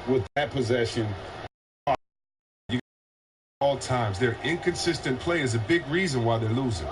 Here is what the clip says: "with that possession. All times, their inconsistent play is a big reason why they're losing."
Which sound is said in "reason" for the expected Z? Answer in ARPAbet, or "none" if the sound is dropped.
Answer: Z